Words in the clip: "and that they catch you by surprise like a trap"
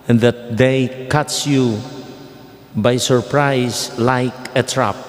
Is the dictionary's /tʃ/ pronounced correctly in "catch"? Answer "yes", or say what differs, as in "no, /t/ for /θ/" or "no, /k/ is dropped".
no, /s/ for /tʃ/